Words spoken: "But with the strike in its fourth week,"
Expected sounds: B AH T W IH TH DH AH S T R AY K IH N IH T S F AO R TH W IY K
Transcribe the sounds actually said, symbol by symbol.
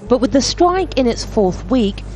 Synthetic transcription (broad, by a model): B AH T W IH DH AH S T R AY K IH N IH T S F AO R TH W IY K